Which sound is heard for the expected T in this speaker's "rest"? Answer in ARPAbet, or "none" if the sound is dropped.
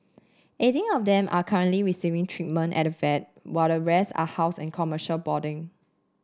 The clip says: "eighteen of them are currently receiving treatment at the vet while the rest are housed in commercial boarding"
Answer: none